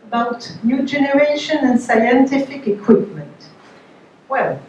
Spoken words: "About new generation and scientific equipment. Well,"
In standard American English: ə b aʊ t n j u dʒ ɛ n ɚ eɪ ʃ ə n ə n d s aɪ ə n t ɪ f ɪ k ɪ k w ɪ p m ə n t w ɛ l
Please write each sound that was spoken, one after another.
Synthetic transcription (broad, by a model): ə b aʊ t n j u dʒ ɛ n ɚ eɪ ʃ ə n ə n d s aɪ ə n t ɪ f ɪ k ɪ k w ɪ p m ə n t w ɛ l